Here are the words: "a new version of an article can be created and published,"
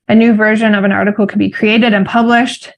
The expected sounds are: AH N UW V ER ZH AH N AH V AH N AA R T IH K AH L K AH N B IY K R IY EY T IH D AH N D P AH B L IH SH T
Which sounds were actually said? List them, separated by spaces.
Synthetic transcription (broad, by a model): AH N UW V ER ZH AH N AH V AH N AA R T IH K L K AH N B IY K R IY EY T IH D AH N P AH B L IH SH T